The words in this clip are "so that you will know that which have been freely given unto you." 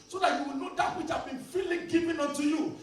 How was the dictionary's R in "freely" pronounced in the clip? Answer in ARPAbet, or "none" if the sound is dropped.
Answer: none